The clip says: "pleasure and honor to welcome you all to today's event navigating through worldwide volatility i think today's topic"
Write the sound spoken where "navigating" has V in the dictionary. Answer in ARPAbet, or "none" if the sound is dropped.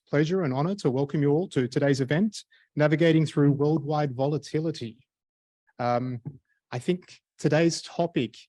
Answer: V